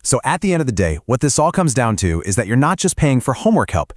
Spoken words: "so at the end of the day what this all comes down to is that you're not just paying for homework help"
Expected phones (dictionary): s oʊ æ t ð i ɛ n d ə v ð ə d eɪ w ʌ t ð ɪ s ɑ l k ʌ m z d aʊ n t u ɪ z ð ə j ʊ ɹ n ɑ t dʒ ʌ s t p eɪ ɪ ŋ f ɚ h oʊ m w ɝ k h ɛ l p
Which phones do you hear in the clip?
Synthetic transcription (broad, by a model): s oʊ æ t ð i ɛ n d ə v ð ə d eɪ w ʌ t ð ɪ s ɑ l k ʌ m z d aʊ n t u ɪ z ð ə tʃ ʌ ɹ n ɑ t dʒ ʌ s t p eɪ ɪ ŋ f ɚ h oʊ m w ɝ k h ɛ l p